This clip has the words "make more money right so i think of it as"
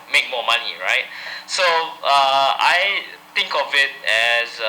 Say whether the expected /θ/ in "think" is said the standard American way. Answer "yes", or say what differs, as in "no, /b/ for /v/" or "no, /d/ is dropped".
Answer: no, /t/ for /θ/